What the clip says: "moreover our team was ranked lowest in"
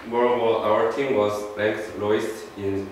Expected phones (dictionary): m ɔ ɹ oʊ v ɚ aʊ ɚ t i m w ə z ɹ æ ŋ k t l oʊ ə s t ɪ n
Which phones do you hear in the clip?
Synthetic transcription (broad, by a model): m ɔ ɹ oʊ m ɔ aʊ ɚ t i m w ə z l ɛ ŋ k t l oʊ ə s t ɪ n